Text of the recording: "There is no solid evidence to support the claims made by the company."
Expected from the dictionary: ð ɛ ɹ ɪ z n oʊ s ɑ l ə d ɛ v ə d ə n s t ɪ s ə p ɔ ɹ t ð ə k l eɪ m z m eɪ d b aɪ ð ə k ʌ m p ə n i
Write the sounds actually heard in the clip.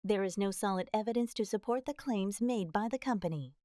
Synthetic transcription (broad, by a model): ð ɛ ɹ ɪ z n oʊ s ɑ l ə d ɛ v ə d ə n s t ɪ s ə p ɔ ɹ t ð ə k l eɪ m z m eɪ d b aɪ ð ə k ʌ m p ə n i